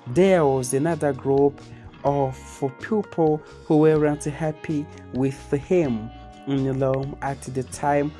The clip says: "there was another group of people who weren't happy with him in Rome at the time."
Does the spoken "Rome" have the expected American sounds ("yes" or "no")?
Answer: no